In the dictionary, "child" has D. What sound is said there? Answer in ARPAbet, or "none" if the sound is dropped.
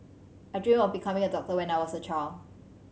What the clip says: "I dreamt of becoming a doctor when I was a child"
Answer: none